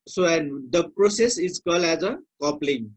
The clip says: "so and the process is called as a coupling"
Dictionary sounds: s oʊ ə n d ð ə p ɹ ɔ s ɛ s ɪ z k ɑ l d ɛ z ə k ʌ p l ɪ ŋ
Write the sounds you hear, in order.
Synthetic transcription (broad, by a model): s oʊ ə n d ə p ɹ ɔ s ɛ s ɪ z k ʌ l ɛ z ə k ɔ p l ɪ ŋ